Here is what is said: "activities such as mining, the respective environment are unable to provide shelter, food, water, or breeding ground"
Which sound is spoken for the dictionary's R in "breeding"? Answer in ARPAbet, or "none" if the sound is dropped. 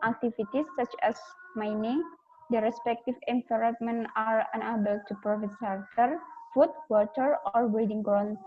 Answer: none